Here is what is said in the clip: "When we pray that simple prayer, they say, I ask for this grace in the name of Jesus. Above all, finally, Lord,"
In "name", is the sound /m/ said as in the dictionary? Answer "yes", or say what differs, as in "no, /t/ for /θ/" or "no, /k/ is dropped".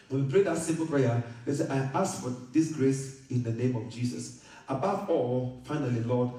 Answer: yes